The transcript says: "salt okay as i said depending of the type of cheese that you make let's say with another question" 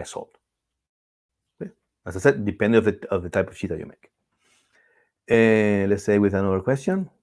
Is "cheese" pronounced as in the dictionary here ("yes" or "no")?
no